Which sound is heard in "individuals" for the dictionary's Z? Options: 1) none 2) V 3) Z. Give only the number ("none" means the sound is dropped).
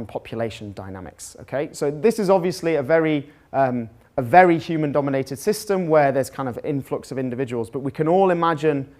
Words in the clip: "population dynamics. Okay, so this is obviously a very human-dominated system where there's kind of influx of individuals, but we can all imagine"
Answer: 3